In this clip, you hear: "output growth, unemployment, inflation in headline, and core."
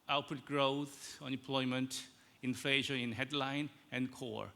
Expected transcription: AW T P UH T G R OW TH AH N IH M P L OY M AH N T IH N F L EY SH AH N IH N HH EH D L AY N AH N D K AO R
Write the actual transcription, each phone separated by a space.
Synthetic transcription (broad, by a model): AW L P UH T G R OW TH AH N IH M P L OY M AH N T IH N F EY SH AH IH N HH EH D L AY N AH N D K AO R